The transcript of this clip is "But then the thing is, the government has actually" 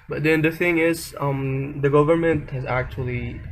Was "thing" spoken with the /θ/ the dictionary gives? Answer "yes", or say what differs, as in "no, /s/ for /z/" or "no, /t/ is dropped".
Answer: yes